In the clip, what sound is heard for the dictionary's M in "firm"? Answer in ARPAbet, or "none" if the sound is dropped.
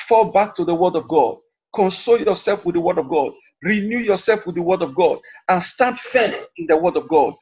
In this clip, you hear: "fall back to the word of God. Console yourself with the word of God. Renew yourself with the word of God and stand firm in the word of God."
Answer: none